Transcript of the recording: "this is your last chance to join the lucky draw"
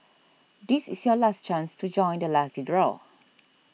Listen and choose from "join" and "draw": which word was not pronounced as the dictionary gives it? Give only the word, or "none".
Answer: none